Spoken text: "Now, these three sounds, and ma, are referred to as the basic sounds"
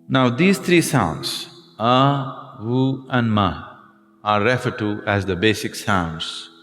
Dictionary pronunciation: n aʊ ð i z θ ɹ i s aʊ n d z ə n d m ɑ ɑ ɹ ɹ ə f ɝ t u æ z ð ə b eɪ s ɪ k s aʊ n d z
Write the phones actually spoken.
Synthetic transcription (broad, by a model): n aʊ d i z t ɹ i s aʊ n d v ə n d m ɑ ɑ ɹ ɹ ə f ɝ t u æ z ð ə b eɪ s ɪ k s aʊ n d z